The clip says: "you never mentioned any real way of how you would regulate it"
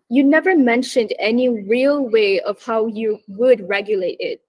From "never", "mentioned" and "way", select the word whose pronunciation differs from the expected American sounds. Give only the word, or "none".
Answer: none